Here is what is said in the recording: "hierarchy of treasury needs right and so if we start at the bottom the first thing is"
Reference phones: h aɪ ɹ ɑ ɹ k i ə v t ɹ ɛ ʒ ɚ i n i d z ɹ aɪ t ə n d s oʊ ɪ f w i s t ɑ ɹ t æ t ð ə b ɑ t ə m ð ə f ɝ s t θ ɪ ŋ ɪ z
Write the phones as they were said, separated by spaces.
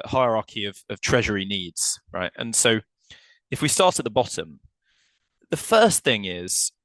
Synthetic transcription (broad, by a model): h aɪ ɹ ɑ k i ə v t ɹ ɛ ʒ ɚ i n i d z ɹ aɪ t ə n s oʊ ɪ f w i s t ɑ t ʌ t ð ə b ɑ t ə m ð ə f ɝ s θ ɪ ŋ ɪ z